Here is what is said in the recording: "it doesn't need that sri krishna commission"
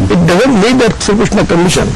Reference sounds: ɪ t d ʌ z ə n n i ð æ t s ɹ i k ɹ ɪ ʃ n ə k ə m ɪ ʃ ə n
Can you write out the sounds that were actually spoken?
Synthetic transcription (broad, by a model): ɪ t d ʌ z ə n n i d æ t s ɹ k ɪ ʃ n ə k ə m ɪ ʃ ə n